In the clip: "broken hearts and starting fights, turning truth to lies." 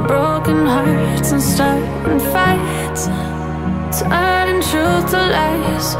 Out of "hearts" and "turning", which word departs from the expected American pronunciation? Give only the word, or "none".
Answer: turning